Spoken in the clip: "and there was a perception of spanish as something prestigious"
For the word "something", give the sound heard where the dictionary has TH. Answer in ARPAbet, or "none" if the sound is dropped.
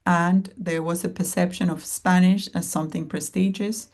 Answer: TH